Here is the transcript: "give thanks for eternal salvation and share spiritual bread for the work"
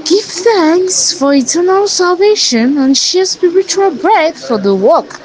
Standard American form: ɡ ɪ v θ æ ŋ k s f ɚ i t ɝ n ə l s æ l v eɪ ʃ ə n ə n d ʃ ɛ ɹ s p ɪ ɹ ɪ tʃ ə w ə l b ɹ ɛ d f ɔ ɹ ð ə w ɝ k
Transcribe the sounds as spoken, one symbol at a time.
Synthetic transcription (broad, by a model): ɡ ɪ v θ æ ŋ k s f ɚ i t ɝ n ə l s æ l v eɪ ʃ ə n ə n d ʃ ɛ s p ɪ ɹ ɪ tʃ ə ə l b ɹ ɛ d f ɔ ɹ ð ə w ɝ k